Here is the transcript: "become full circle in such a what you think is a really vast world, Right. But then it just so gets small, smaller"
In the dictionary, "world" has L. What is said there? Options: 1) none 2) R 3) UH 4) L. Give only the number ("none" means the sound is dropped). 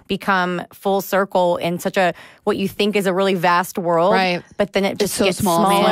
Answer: 4